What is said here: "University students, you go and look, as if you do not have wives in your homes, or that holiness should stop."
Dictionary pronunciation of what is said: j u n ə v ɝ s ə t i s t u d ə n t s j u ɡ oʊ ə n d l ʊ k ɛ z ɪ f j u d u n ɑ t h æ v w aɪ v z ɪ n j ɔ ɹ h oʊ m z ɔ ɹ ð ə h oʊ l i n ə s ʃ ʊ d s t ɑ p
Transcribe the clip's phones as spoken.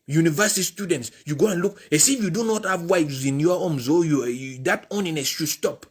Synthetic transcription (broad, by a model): j u n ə v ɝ s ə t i s t u d ə n t s j u ɡ oʊ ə n l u k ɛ s ɪ f j u d u n ɑ t h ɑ v w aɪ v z ɪ n j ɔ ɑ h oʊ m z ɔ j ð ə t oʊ n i n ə s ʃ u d s t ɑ p